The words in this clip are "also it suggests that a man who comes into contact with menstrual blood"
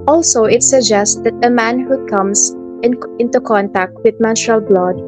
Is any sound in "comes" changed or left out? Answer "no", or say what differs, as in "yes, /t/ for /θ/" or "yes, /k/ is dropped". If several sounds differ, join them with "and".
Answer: yes, /s/ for /z/